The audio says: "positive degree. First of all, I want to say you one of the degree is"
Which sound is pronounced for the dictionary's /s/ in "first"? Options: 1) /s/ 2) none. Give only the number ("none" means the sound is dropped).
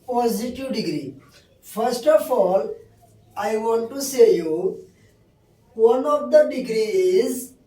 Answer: 1